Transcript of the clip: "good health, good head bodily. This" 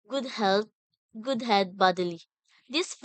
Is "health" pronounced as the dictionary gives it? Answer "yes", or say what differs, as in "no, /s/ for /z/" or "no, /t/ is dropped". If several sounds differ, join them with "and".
no, /t/ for /θ/